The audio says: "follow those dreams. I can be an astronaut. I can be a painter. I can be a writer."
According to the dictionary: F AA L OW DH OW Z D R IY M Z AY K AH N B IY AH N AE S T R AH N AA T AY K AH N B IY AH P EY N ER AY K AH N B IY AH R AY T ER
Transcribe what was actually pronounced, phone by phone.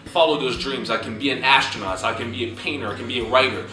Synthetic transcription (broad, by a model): F AA L OW DH OW Z D R IY M Z AY K AH N B IY AH N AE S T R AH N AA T AY K AH N B IY AH P EY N ER AY K AH N B IY AH R AY T ER